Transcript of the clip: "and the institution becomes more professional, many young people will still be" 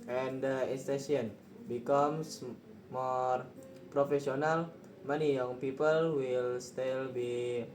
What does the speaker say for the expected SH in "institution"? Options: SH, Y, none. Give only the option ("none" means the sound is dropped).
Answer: none